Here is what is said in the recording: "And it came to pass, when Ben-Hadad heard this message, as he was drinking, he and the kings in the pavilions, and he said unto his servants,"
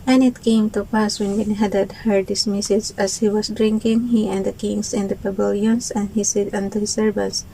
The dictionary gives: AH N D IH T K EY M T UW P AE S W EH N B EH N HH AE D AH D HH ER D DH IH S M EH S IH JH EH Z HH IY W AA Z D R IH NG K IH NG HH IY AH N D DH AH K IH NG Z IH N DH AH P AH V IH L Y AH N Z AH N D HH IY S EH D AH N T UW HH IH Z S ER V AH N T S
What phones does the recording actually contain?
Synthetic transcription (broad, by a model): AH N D IH T K EY M T UW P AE S W EH N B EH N HH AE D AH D HH ER D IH S M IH S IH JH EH S HH IY W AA S D R IH NG K IH NG HH IY AH N D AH K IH NG S IH N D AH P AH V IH L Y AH N S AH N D HH IY S EH D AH N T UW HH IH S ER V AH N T S